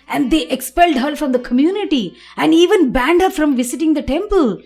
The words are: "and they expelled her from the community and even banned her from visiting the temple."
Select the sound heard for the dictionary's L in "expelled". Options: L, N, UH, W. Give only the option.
L